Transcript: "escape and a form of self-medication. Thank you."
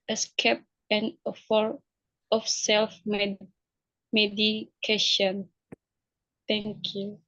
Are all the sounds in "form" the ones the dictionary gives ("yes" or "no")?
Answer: no